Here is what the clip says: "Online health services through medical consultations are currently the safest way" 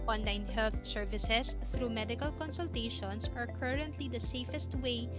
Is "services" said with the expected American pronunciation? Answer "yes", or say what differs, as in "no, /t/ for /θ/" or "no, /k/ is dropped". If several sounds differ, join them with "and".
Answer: no, /s/ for /z/